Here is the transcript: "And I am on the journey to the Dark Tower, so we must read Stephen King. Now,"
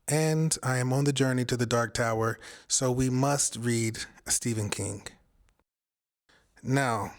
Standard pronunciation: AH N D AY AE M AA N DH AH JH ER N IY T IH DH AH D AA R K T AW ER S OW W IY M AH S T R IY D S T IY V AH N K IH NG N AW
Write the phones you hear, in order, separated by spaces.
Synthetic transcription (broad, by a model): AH N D AY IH M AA N DH AH JH ER N IY T IH DH AH D AA R K T AW ER S OW W IY M AH S T R IY D S T IY V AH N K IH NG N AW